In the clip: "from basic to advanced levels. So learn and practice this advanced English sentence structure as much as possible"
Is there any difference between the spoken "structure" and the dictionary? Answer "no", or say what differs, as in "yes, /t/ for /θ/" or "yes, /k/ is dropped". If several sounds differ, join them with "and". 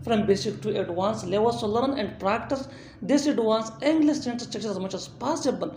yes, /ɹ/ is dropped